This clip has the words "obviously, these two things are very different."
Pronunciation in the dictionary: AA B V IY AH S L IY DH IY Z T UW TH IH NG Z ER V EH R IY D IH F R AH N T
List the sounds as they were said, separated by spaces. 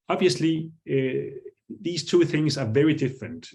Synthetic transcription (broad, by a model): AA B V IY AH S L IY DH IY Z T UW TH IH NG Z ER V EH R IY D IH F R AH N T